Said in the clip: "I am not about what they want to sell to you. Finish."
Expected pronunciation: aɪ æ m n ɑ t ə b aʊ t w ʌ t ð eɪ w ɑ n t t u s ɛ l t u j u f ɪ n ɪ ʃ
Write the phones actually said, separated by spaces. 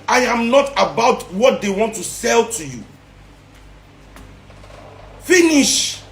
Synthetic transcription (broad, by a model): aɪ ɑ m n ɑ t ə b aʊ t w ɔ t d eɪ w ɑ n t t u s ɛ l t u j u f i n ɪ ʃ